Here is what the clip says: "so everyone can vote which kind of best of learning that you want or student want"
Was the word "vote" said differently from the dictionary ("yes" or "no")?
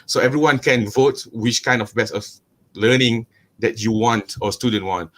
no